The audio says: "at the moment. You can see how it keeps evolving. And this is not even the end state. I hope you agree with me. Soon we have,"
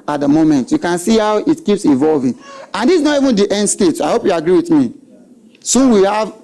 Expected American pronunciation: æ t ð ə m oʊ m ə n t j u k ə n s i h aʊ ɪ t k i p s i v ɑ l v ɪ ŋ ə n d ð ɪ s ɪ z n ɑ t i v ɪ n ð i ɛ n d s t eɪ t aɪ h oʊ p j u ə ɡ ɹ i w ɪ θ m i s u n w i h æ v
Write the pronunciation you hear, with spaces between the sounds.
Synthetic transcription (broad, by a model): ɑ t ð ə m oʊ m ə n t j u k ə n s i h aʊ ɪ t k i p s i v ɑ l v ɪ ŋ ə n d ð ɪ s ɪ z n ɑ t i v ɪ n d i ɛ n d s t eɪ t aɪ h oʊ p j u ə ɡ ɹ i w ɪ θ m i s u n w i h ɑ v